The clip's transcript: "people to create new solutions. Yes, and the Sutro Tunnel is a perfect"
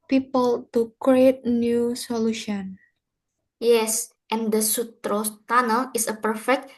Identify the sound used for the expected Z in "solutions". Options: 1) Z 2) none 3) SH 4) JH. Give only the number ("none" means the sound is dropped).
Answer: 2